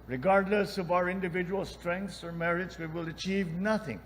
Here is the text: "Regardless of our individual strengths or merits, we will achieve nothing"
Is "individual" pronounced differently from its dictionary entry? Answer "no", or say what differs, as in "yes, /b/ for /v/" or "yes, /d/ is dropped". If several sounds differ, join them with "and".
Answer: no